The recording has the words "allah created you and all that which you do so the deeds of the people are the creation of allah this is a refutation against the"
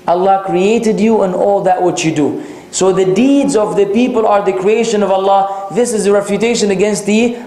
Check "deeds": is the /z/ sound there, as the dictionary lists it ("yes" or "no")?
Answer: yes